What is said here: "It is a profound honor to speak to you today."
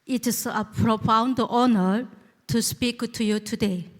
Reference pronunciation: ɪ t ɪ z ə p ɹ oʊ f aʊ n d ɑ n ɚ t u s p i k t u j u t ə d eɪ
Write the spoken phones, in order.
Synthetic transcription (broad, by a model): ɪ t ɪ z ə p ɹ oʊ f aʊ n d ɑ n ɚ t u s p i k t u j u t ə d eɪ